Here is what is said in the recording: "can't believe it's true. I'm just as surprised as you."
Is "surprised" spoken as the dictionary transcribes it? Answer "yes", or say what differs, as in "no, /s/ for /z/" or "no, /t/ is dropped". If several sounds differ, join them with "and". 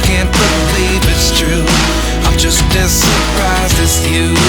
no, /d/ is dropped